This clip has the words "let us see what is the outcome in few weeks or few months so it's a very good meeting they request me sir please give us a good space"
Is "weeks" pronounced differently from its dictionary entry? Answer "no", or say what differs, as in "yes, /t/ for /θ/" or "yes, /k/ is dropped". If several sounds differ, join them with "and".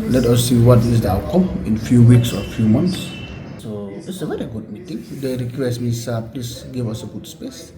no